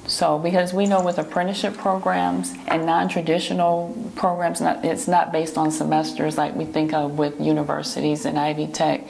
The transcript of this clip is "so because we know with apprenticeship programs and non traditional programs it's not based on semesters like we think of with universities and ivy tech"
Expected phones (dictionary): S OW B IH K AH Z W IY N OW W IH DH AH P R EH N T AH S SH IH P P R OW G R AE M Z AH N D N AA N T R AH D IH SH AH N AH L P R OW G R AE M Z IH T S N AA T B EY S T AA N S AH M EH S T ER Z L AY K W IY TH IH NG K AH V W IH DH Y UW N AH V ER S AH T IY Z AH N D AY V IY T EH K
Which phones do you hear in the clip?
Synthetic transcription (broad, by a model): S OW B IH K AH Z W IY N OW W IH DH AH P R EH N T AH SH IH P P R OW G R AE M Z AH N N AA N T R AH D IH SH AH N L P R OW G R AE M Z IH T S N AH T B EY S T N S AH M EH S T ER Z L AY K W IY TH IH NG K AH V W IH DH Y UW N AH V ER S AH T IY Z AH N AY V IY T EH K